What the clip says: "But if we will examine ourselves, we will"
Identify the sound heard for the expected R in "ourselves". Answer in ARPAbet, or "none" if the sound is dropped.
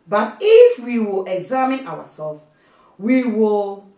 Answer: W